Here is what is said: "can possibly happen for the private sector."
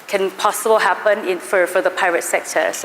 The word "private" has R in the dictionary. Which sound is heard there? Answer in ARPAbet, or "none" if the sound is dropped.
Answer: none